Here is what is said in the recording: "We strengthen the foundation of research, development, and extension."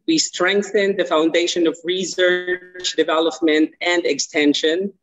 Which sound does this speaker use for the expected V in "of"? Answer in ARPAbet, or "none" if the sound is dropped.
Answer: V